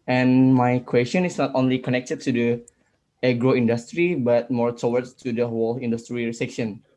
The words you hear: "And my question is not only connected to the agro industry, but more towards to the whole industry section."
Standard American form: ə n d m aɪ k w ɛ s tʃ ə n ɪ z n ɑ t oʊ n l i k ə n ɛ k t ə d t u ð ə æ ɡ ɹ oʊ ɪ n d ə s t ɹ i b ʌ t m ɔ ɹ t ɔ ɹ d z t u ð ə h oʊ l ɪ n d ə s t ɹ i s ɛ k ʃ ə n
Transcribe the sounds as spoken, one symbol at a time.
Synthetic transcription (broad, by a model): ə n m aɪ k w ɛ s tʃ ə n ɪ s n ɑ t oʊ n l i k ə n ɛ k t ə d t u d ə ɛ ɡ ɹ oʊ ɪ n d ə s t ɹ i b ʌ t m ɔ ɹ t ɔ w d t u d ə h oʊ l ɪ n d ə s t ɹ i s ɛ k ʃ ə n